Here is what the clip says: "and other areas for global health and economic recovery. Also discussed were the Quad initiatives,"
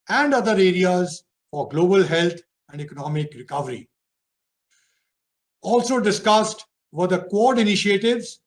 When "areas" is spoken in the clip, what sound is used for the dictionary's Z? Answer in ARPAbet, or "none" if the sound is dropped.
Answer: Z